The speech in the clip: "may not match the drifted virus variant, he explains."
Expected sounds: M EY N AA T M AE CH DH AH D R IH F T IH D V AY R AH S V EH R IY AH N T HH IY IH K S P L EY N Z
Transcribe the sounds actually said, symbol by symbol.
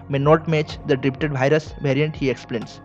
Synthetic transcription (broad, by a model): M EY N AA T M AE CH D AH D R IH P T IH D V AY R AH S V EH R IY AH N T HH IY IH K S P L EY N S